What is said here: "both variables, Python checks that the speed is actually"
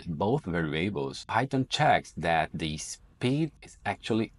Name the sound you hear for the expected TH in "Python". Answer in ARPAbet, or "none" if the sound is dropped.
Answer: T